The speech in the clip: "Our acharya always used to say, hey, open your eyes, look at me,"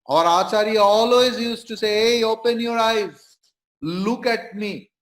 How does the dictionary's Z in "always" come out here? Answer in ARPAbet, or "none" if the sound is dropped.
Z